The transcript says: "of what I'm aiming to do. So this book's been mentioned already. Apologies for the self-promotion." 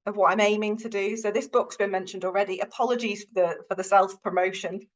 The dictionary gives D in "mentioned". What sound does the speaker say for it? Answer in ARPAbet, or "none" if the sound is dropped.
D